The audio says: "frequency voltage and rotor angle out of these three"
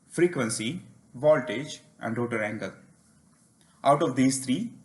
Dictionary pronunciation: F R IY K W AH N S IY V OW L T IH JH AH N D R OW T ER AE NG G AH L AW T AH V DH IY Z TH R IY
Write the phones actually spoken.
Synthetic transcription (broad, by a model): F R IY K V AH N S IY V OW L T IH JH AH N D R OW T ER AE NG G AH L AW T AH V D IY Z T R IY